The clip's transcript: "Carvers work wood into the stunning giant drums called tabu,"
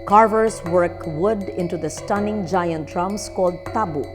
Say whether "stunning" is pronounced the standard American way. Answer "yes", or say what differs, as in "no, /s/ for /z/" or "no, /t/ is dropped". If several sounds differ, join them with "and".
yes